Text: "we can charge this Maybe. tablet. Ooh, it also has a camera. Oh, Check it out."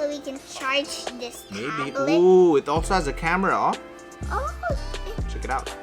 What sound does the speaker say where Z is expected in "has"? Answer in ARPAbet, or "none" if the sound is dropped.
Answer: Z